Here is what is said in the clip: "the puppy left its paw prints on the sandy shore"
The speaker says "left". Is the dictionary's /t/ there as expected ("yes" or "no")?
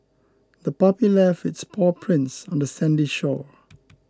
no